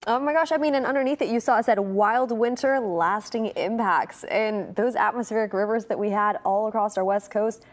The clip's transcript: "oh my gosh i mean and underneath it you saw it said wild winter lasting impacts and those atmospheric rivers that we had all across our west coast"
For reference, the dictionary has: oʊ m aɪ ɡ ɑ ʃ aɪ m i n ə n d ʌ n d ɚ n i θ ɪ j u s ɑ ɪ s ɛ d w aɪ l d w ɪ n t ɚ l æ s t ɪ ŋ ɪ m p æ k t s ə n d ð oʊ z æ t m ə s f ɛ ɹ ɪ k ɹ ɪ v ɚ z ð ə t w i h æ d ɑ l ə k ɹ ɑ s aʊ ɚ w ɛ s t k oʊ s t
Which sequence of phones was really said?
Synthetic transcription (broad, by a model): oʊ m aɪ ɡ ɑ ʃ aɪ m i n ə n ʌ n d ɚ n i θ ɪ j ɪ s ɑ ɪ s ɛ d w aɪ l d w ɪ n t ɚ l æ s t ɪ ŋ ɪ m p æ k t s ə n ð oʊ z æ t m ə s f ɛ ɹ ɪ k ɹ ɪ v ɚ z ð ə t w i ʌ d ɑ l ə k ɹ ɑ s aʊ ɚ w ɛ s t k oʊ s t